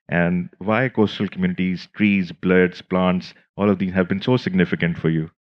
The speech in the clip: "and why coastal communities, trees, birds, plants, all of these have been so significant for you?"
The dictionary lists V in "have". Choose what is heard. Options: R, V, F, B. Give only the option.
V